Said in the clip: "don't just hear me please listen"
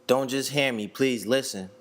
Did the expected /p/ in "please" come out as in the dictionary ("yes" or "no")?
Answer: yes